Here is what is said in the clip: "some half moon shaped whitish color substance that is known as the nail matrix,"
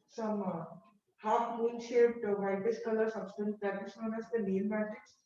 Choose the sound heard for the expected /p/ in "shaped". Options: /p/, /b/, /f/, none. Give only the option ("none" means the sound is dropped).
none